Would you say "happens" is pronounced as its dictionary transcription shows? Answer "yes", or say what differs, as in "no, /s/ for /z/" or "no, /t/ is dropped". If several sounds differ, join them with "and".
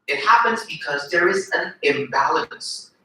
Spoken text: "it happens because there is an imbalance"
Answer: yes